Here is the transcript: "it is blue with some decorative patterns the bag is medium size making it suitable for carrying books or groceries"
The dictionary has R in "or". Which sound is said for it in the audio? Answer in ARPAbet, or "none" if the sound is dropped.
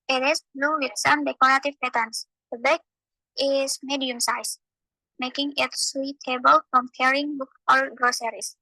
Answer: L